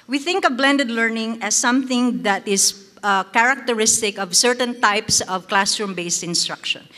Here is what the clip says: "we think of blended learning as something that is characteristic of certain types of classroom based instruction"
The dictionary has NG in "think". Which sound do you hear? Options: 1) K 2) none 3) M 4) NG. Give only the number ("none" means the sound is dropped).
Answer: 4